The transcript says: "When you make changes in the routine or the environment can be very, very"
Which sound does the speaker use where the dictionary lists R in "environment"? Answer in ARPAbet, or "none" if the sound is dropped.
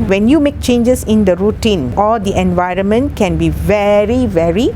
R